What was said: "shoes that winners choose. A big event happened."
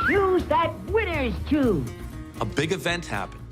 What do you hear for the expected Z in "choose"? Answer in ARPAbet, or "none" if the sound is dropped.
none